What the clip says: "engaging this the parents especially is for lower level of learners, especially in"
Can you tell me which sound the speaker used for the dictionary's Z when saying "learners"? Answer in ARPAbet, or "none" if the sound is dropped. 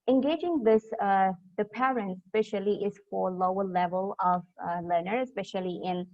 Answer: none